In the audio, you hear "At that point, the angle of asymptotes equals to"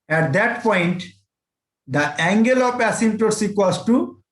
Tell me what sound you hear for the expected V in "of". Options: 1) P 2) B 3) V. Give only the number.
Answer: 1